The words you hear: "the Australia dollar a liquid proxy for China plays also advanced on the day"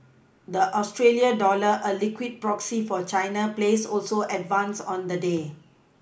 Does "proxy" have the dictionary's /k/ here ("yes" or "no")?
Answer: yes